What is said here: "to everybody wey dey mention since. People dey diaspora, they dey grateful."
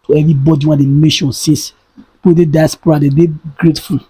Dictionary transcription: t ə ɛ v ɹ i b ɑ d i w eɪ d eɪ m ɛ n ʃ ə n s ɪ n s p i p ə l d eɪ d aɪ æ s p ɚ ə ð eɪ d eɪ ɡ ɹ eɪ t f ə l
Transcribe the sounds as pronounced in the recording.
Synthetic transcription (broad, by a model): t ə ɛ v ɹ i b ɑ d i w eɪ d eɪ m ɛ ʃ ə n s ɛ s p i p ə d eɪ d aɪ s p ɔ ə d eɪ d eɪ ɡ ɹ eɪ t f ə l